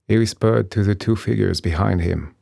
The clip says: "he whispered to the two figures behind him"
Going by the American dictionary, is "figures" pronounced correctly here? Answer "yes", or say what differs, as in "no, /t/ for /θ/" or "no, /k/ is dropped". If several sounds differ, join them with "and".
yes